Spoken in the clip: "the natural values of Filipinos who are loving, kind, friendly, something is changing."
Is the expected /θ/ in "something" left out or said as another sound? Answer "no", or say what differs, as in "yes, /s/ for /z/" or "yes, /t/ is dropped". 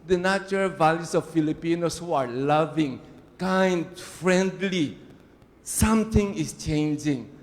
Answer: yes, /t/ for /θ/